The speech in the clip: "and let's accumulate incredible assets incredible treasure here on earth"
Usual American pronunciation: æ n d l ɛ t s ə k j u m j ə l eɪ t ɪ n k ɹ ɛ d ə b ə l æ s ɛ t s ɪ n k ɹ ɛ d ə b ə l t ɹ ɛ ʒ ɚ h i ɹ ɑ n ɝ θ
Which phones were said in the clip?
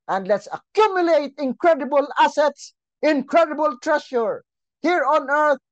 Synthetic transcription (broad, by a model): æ n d l ɛ t s ə k j u m j ə l eɪ t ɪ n k ɹ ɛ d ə b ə l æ s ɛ t s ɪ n k ɹ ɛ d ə b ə l t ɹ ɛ ʃ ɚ h i ɹ ɑ n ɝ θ